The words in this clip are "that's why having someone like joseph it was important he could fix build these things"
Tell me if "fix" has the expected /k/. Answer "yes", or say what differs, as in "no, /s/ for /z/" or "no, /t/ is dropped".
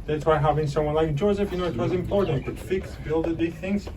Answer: yes